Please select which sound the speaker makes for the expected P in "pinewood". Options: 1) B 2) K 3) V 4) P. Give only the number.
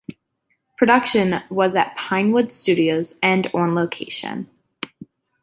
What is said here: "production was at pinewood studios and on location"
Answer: 4